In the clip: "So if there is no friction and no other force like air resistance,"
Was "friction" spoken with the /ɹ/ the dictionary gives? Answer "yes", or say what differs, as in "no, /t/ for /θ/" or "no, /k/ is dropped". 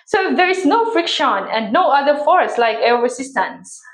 yes